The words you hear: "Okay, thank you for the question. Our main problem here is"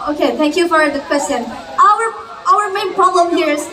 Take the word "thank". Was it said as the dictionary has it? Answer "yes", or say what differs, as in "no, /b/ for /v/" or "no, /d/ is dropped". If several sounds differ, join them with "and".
yes